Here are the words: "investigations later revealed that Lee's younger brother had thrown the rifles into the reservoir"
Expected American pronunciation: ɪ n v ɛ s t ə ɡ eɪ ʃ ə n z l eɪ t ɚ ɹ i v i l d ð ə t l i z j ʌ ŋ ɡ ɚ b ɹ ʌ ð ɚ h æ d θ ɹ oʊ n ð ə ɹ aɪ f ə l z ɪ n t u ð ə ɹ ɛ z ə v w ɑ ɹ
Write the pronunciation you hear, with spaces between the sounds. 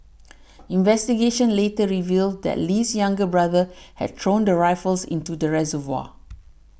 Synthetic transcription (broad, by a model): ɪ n v ɛ s t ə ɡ eɪ ʃ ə n l eɪ t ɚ ɹ i v i l d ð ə t l i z j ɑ ŋ ɡ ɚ b ɹ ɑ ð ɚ h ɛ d t ɹ oʊ n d ə ɹ aɪ f ə l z ɪ n t u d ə ɹ ɛ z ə v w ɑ